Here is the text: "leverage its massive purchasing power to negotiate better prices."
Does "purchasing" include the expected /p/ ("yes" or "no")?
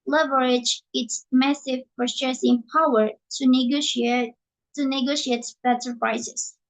no